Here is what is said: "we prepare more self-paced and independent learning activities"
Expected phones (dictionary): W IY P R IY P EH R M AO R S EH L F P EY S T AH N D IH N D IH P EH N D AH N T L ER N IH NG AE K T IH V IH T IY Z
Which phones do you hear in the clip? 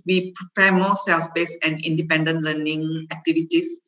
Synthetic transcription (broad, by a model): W IY P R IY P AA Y M AO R S EH L F B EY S AH N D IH N D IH P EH N D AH N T L ER N IH NG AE K T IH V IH T IY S